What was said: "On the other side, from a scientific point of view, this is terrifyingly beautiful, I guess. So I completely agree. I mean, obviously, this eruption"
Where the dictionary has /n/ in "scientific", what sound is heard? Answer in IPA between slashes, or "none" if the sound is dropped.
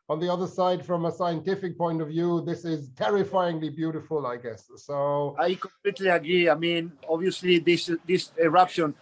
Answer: /n/